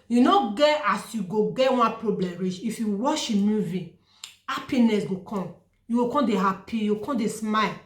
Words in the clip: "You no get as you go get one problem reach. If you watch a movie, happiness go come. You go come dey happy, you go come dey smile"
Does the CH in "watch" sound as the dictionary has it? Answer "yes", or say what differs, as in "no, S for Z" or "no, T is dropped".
no, SH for CH